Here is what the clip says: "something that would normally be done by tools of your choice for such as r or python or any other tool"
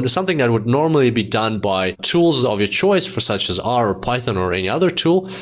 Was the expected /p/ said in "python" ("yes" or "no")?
yes